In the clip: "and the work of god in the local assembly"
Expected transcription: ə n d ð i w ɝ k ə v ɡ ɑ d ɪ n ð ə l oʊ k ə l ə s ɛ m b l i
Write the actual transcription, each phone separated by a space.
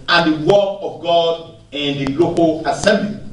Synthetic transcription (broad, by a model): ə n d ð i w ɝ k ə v ɡ ɑ d ɪ n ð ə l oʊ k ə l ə s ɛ m b l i